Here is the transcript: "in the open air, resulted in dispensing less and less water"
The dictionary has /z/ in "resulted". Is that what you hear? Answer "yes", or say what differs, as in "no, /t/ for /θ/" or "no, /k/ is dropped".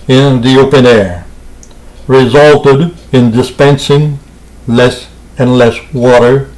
yes